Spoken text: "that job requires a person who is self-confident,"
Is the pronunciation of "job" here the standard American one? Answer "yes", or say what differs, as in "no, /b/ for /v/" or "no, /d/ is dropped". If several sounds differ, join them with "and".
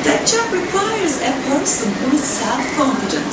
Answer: no, /tʃ/ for /dʒ/